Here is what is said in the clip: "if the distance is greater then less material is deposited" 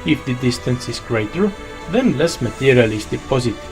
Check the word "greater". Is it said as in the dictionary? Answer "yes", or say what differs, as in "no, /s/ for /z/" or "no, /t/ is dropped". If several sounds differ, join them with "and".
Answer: yes